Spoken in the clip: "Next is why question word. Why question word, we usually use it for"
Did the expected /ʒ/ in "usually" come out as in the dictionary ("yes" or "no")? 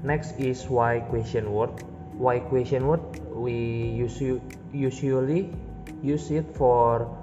no